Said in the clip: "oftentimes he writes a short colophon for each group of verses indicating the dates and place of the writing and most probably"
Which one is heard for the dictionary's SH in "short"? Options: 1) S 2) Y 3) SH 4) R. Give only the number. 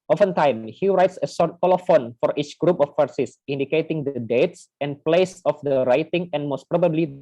1